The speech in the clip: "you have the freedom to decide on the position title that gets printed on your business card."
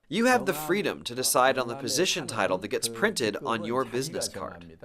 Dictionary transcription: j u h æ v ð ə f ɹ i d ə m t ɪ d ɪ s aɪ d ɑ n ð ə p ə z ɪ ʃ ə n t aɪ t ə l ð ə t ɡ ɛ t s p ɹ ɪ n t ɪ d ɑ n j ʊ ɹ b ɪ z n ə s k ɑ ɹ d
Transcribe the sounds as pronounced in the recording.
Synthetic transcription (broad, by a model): j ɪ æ v ð ə f ɹ i d ə m t ɪ d ɪ s aɪ d n ð ə p ə z ɪ ʃ ə n t aɪ t l ð ə t ɡ ɛ t s p ɹ ɪ n t ɪ d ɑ n j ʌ ɹ b ɪ z n ə s k ɑ ɹ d